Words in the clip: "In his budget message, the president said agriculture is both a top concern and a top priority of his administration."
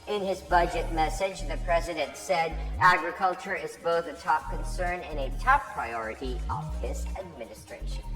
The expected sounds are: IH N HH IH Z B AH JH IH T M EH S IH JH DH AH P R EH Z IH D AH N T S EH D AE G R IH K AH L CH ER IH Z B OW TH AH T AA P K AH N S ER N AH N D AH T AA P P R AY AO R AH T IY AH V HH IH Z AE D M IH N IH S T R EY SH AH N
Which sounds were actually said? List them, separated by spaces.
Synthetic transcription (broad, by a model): IH N IH Z B AH JH IH T M EH S IH JH DH AH P R EH Z IH D AH N T S EH D AE G R IH K AH L CH ER IH Z B OW TH AH T AA P K AH N S ER N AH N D AH T AA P P R AY AO R AH T IY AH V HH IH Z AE D M IH N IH S T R EY SH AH N